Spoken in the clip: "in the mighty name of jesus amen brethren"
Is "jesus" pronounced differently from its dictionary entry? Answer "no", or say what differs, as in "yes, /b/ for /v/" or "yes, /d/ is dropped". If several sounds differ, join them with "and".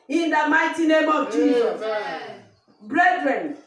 yes, /s/ is dropped